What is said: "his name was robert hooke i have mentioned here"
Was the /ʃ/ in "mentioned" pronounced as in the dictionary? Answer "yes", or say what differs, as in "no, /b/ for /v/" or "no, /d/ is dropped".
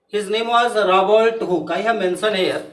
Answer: no, /s/ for /ʃ/